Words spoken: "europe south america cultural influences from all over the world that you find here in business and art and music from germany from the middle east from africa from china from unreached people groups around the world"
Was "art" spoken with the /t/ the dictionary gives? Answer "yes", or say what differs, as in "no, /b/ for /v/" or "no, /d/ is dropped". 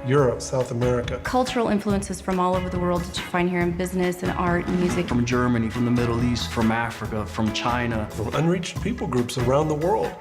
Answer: yes